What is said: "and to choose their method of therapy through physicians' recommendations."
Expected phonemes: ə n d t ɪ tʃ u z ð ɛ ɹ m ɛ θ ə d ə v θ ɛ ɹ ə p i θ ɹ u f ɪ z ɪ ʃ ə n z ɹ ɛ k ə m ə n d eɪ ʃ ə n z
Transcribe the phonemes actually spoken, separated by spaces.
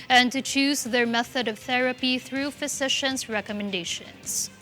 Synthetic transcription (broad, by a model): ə n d t ɪ tʃ u z ð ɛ ɹ m ɛ θ ə d ə v θ ɛ ɹ ə p i θ ɹ u f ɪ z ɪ ʃ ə n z ɹ ɛ k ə m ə n d eɪ ʃ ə n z